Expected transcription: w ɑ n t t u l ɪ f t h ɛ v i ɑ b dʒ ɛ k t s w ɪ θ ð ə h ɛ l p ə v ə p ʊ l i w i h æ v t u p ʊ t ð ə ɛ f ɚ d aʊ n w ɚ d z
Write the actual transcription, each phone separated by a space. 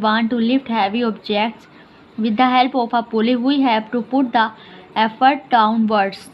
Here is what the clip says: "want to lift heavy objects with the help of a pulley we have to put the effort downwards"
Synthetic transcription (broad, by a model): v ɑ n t t u l ɪ f t h ɛ v i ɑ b dʒ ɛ k t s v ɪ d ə h ɛ l p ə p ə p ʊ l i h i h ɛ p t u p ʊ t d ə ɛ f ɚ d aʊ n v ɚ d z